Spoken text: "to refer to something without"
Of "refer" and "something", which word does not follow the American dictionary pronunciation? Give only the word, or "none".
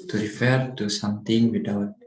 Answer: something